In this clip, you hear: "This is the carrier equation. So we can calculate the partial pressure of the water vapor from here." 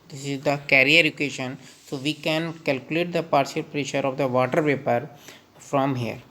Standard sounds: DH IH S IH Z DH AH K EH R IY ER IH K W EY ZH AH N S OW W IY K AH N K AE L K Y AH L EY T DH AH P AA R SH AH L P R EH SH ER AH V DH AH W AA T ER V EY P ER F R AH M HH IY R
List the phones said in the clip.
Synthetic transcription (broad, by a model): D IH S IH Z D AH K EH R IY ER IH K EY SH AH N S OW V IY K AH N K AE L K Y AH L EY T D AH P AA R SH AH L P R EH SH ER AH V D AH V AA T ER P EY P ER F R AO M HH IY R